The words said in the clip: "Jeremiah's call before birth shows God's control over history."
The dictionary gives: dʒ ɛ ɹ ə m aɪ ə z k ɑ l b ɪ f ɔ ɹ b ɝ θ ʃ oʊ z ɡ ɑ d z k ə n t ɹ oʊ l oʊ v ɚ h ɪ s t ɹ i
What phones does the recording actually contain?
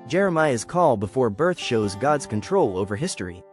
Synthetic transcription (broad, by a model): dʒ ɛ ɹ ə m aɪ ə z k ɑ l b ɪ f ɔ ɹ b ɝ θ ʃ oʊ z ɡ ɑ d z k ə n t ɹ oʊ l oʊ v ɚ h ɪ s t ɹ i